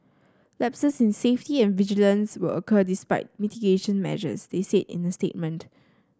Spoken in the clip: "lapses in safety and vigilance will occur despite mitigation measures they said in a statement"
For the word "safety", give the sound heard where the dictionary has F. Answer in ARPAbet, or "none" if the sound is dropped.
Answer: F